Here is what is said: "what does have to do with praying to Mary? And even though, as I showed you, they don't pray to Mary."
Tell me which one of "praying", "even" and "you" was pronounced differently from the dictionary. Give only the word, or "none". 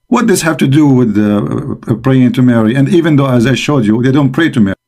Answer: none